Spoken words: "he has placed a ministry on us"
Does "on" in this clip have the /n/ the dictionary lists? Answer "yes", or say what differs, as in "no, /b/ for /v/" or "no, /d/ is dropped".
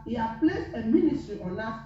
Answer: no, /l/ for /n/